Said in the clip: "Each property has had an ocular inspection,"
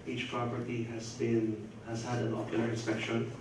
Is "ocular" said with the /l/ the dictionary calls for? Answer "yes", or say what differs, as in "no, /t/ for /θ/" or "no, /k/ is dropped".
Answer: no, /n/ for /l/